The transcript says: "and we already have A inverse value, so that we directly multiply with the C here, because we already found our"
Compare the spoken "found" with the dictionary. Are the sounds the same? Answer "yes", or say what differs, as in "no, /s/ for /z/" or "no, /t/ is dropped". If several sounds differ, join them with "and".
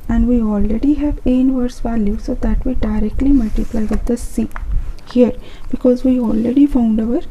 yes